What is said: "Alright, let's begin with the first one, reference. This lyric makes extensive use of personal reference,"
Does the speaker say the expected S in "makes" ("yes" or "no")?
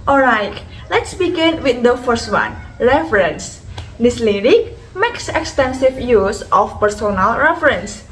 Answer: yes